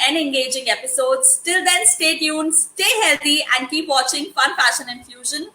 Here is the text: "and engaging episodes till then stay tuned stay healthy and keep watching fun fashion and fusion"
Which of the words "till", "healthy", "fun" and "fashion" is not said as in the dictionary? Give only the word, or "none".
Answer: healthy